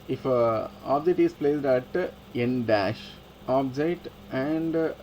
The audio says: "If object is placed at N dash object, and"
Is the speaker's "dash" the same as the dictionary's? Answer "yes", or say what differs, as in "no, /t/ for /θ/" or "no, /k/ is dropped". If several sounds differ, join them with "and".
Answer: yes